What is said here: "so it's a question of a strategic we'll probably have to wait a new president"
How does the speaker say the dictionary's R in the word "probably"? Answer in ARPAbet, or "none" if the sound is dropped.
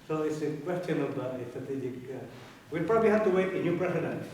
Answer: R